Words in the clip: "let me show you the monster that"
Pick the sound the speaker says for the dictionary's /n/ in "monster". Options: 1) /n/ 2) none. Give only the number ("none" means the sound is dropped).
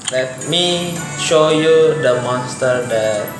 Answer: 2